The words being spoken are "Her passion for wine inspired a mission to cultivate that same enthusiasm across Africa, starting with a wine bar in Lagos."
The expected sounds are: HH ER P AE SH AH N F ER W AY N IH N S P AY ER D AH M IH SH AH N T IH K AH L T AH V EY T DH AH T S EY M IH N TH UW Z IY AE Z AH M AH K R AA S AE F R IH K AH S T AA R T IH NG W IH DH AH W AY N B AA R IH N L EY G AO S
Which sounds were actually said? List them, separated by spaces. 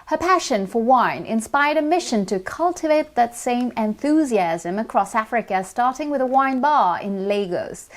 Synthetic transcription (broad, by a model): HH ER P AE SH AH N F ER W AY N IH N S P AY ER D AH M IH SH AH N T IH K AH L T AH V EY T DH AH T S EY M IH N TH UW Z IY AE Z AH M AH K R AA S AE F R IH K AH S T AA R T IH NG W IH DH AH W AY N B AA R IH N L EY G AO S